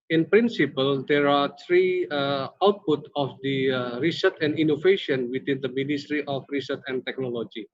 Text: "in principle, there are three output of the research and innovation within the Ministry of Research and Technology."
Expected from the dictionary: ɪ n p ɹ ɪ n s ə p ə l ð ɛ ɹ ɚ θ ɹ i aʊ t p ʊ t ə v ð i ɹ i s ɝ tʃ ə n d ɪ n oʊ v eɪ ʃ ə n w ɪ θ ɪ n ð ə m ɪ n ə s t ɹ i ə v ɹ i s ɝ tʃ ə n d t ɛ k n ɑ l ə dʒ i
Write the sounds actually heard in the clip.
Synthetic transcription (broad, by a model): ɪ n p ɹ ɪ n s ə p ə l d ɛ ɹ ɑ t ɹ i aʊ t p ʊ t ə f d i ɹ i s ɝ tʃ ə n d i n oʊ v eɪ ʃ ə n w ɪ t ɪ n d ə m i n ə s t ɹ i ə f ɹ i s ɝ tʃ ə n t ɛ k n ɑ l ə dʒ i